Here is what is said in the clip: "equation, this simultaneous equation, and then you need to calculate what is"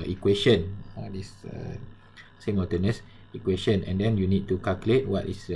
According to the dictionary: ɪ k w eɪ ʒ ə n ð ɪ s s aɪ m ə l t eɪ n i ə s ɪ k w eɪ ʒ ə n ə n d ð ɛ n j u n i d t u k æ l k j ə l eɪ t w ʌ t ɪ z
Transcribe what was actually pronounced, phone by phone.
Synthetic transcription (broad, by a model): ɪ k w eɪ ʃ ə n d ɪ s s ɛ m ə t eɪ n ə s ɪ k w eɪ ʃ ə n ə n d ɛ n j u n i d t u k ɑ l k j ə l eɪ t w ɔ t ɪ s